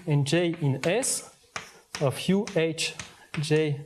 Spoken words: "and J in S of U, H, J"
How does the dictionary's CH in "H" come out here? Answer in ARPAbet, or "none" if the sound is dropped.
CH